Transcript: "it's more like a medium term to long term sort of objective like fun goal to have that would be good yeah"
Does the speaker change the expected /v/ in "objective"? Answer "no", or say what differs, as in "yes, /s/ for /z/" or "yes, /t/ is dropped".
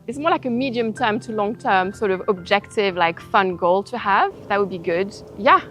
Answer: no